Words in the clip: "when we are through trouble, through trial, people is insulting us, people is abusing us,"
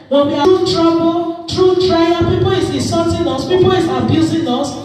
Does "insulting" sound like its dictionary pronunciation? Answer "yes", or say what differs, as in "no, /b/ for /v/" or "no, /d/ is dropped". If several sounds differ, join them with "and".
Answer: no, /l/ is dropped